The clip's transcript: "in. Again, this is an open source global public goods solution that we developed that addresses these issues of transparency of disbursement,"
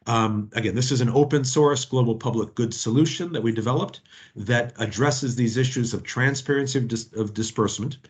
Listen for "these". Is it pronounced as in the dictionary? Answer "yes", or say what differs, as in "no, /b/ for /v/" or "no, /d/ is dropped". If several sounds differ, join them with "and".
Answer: yes